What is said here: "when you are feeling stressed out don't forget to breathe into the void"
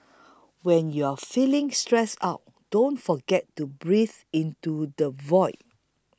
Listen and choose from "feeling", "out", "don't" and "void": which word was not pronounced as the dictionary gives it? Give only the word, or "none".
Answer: none